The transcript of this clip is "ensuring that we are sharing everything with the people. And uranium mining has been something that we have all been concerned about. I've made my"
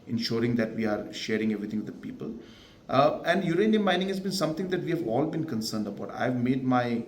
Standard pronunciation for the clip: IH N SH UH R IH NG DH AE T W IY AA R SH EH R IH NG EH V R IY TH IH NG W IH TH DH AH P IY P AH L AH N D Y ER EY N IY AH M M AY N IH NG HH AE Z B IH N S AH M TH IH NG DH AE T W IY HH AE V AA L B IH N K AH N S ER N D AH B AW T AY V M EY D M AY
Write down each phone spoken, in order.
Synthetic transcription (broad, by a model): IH N SH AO R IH NG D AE T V IY AA R SH EH R IH NG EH V R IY T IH NG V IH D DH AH P IY P AH L AH N D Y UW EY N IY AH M M AY N IH NG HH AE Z B IH N S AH M T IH NG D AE T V IY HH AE V AA L B IH N K AH N S ER N D AH B AW T AY V M EY D M AY